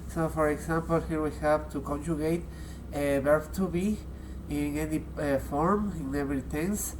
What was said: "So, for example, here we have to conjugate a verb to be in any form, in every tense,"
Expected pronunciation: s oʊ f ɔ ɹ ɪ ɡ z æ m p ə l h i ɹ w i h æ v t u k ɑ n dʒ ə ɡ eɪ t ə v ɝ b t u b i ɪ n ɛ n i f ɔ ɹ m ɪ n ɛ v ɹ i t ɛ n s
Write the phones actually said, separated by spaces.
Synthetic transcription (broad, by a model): s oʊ f ɔ ɹ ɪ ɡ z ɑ m p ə l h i ɹ w i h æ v t u k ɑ n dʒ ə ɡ eɪ t ə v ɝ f t u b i ɪ n ɛ n i f ɔ ɹ m ɪ n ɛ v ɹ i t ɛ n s